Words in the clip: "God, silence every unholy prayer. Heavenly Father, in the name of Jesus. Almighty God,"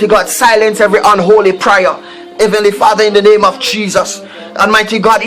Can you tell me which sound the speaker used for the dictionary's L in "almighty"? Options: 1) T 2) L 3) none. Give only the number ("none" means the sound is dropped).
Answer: 3